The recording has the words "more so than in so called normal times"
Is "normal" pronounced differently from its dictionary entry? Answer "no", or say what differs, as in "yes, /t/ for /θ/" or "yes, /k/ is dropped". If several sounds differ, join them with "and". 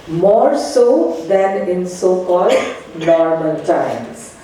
yes, /n/ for /l/